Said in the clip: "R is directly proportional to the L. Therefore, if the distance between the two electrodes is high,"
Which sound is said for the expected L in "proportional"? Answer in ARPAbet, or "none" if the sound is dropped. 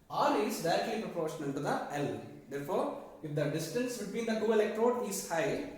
N